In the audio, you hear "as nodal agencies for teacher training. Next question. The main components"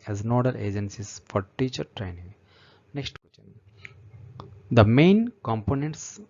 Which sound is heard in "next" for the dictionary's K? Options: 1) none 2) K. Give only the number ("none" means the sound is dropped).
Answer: 2